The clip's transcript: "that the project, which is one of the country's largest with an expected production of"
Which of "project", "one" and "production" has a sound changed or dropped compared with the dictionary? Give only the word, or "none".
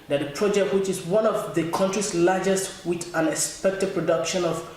none